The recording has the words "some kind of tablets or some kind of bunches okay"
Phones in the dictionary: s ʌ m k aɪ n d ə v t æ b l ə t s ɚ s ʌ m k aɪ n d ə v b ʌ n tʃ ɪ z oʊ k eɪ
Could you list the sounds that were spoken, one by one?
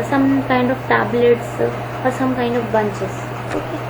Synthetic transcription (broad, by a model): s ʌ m k aɪ n d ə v t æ b l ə t s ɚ s ʌ m k aɪ n d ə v b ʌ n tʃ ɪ s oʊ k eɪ